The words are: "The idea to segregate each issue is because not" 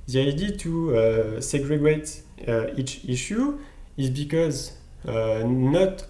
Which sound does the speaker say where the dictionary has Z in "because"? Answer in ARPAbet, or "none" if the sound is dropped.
Z